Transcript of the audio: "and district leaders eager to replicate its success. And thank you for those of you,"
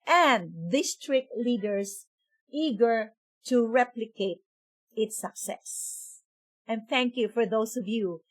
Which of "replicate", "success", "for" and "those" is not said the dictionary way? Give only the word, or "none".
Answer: those